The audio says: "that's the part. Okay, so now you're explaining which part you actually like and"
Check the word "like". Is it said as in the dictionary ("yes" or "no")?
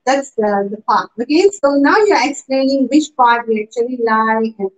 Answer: no